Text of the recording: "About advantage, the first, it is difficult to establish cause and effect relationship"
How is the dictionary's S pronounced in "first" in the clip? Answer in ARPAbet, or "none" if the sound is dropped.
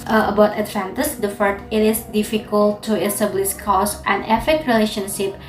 none